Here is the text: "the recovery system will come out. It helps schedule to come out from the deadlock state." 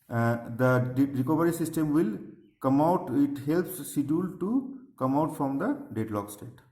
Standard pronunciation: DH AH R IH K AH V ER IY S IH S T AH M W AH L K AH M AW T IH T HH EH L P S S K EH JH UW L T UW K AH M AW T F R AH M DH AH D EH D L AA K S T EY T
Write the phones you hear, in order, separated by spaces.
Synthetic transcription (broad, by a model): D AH R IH K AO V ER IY S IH S T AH M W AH L K AH M AW T IH T HH EH L P S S IY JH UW L T UW K AH M AW T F R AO M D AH D EH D L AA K S T EY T